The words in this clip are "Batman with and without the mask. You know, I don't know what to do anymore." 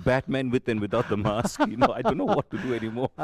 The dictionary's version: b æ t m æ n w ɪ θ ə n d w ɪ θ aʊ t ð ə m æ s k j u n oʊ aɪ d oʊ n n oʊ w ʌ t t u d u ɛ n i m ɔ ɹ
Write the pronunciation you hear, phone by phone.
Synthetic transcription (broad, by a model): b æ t m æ n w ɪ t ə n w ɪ t aʊ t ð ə m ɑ s k j u n oʊ aɪ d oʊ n n oʊ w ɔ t t u d u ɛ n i m ɔ ɹ